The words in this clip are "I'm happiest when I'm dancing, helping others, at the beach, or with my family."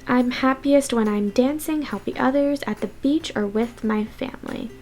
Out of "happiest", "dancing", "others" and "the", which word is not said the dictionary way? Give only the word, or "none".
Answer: none